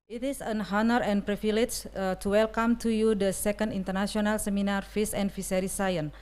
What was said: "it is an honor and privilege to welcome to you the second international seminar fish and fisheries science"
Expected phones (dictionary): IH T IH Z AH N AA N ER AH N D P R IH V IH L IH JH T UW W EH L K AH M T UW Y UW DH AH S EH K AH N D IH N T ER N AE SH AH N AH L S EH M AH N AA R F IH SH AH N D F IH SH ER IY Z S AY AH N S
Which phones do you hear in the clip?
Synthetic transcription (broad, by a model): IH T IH S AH N AA N ER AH N P R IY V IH L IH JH T UW W EH L K AH M T UW Y UW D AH S EH K AH N D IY N T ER N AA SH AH N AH L S EH M AH N AA R F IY S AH N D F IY S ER IY S AY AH N